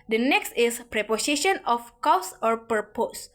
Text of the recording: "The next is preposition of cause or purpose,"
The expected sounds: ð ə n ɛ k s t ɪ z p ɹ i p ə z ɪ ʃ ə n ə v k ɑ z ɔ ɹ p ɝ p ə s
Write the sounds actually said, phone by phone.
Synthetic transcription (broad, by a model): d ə n ɛ k s t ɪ s p ɹ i p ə s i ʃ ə n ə f k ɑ s ɔ ɹ p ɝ p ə s